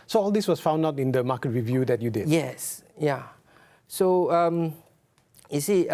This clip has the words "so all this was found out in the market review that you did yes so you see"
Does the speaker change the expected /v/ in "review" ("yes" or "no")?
no